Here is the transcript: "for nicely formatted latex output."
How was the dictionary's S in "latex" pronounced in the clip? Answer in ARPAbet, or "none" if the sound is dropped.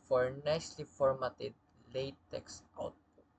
S